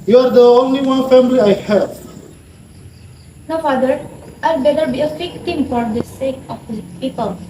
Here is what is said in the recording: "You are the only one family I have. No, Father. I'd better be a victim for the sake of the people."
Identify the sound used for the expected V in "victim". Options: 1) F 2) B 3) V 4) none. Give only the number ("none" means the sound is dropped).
1